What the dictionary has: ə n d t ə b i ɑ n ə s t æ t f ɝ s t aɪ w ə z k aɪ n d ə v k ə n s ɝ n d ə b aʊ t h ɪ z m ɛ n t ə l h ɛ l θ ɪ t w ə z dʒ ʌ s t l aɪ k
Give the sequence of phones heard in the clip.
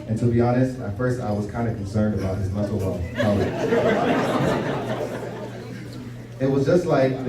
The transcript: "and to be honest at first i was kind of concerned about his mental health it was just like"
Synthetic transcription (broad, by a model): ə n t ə b i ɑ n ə s t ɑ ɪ f ɝ s t aɪ w ə z k aɪ n d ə k n s ɝ n d ə b aʊ t h ɪ z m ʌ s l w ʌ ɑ ɪ t w ə z dʒ ʌ s t l aɪ k